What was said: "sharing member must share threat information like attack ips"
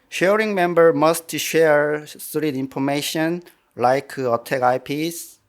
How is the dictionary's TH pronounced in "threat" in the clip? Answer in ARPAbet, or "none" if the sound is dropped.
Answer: S